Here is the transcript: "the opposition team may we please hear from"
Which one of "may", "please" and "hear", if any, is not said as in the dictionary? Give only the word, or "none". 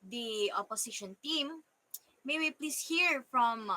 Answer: please